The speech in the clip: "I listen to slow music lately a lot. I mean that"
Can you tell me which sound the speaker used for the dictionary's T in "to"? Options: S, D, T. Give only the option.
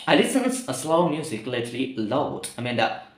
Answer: S